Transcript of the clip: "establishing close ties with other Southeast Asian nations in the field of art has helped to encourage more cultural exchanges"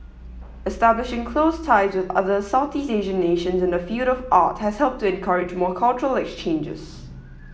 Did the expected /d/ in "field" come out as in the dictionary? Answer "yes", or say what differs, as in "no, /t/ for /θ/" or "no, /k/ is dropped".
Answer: yes